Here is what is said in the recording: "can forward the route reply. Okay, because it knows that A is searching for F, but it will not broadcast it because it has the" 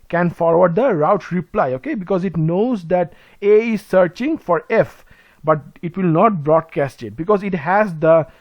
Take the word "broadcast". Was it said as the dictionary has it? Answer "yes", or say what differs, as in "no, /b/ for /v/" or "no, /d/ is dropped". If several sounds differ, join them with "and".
yes